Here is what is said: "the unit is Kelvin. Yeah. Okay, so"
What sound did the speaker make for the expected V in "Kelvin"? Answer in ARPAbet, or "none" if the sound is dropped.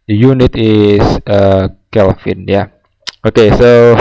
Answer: F